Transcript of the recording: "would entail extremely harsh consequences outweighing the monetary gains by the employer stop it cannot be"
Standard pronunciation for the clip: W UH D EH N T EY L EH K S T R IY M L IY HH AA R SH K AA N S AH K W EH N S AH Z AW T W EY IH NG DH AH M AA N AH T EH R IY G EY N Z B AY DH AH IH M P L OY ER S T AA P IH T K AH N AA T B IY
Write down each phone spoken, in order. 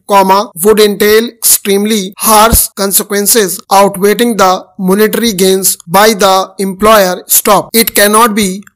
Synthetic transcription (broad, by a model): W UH D EH N T EY L EH K S T R IY M L IY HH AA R S K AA N S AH K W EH N S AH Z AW T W EY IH NG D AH M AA N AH T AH R IY G EY N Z B AY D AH IH M P L OY ER S T AA P IH T K AH N AA T B IY